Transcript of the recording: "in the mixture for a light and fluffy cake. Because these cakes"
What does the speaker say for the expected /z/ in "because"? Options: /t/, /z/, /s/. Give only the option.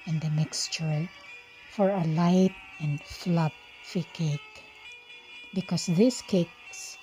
/s/